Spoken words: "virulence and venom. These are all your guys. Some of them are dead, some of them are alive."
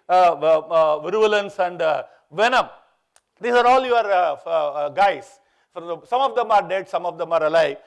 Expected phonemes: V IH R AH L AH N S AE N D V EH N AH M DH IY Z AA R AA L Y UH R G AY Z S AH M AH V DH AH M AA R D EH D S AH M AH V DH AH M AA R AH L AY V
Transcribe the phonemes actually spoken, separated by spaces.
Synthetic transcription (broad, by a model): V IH R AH L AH N S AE N D V EH N AH M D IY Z AA R AA L Y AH R G AY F S AH M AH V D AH M AA R D EH D S AH M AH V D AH M AA R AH L AY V